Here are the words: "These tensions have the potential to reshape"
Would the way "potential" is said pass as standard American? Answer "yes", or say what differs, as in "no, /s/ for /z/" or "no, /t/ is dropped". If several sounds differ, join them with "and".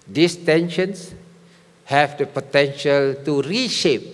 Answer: yes